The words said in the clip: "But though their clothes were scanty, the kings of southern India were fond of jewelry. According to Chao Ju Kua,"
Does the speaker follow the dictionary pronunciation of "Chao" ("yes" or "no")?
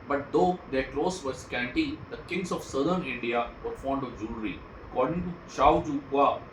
no